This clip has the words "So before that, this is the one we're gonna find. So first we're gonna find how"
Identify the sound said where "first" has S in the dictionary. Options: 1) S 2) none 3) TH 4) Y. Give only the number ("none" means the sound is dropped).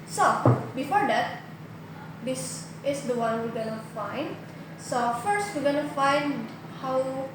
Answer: 1